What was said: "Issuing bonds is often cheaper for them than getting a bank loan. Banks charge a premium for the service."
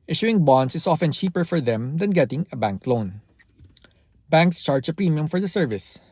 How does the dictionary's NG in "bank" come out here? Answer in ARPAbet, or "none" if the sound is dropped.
NG